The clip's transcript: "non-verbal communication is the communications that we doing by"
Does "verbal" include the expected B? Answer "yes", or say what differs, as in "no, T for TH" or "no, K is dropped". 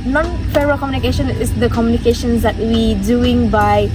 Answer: no, B is dropped